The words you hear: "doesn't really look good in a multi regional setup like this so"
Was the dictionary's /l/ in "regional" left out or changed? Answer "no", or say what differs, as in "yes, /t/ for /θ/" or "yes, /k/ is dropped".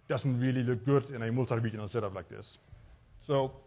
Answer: yes, /n/ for /l/